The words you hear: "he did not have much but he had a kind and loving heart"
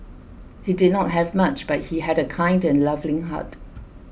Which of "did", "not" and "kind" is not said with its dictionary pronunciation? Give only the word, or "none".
none